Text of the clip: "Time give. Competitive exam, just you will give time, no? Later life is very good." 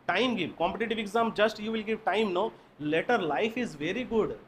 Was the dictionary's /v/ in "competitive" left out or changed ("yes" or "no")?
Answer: no